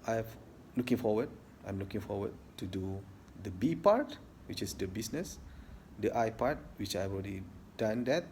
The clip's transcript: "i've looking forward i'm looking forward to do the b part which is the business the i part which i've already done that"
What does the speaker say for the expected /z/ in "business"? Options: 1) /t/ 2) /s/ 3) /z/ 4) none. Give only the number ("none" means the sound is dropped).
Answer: 2